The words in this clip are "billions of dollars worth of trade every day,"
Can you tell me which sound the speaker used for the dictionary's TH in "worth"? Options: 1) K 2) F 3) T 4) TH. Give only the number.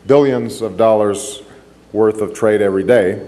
4